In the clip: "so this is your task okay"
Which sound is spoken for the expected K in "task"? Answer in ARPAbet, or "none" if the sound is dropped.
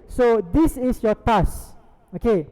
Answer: none